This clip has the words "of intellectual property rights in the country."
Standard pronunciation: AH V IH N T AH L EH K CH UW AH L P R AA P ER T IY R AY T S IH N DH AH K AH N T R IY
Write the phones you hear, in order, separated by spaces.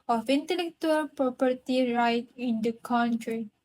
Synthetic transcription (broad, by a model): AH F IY N T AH L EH K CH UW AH L P R AA P ER T IY R AY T IH N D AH K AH N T R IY